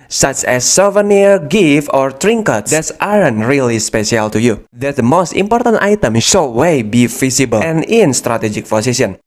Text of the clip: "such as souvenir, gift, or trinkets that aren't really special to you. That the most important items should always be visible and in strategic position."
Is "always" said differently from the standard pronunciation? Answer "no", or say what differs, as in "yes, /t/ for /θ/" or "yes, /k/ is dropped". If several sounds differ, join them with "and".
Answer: yes, /l/ is dropped and /z/ is dropped